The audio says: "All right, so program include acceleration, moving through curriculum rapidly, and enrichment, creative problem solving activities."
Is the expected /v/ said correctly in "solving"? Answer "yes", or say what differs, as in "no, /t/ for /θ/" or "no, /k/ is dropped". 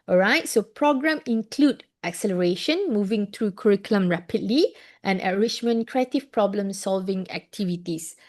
yes